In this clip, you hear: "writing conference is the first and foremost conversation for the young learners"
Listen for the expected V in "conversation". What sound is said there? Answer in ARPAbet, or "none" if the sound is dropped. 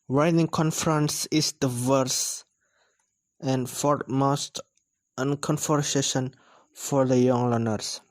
F